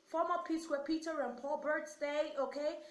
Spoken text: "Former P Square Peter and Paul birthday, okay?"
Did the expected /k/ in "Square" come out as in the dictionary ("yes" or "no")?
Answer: no